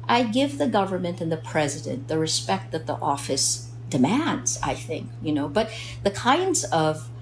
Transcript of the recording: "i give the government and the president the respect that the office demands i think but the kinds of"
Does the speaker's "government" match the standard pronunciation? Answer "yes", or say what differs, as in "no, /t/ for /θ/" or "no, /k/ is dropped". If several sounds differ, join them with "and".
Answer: yes